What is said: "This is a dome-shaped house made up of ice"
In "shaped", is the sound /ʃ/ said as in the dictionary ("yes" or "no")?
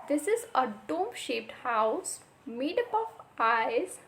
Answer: yes